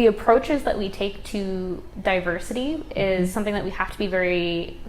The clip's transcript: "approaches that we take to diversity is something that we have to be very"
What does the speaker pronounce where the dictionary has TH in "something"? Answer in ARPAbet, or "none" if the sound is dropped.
TH